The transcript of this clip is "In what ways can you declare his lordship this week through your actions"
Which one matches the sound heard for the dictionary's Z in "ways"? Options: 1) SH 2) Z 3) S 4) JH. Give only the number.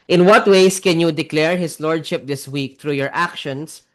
3